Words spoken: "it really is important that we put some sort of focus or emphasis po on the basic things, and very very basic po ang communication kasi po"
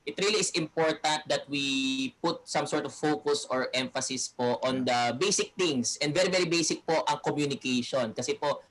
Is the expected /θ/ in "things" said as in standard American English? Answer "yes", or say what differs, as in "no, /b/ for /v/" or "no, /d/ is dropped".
no, /t/ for /θ/